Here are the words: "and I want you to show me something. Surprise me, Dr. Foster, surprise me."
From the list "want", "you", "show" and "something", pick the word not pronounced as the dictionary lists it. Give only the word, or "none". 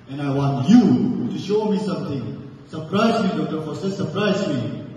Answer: something